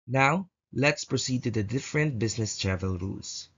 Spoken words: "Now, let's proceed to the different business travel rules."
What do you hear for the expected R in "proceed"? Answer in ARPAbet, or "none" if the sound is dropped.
R